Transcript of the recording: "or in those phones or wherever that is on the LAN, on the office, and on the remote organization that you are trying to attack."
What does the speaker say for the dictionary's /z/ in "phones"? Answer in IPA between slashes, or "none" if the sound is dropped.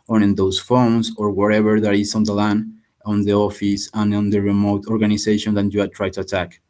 /s/